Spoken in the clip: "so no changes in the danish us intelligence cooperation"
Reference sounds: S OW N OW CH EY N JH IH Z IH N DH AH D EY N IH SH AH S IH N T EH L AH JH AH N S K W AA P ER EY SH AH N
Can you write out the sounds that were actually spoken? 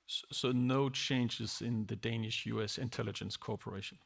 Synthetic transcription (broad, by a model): S OW N OW CH EY N JH IH Z IH N DH AH D EY N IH SH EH S IH N T EH L AH JH AH N S K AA P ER EY SH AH N